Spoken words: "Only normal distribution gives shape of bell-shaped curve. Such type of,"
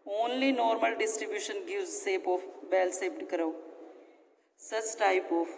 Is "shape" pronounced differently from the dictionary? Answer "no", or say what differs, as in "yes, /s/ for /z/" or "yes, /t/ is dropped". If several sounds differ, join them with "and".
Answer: yes, /s/ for /ʃ/